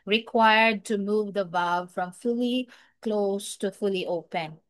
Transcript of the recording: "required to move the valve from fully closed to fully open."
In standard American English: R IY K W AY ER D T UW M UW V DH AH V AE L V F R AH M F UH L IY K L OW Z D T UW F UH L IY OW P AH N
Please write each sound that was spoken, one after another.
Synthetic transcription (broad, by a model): R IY K W AY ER D T UW M UW V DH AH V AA V F R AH M F UH L IY K L OW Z T UW F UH L IY OW P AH N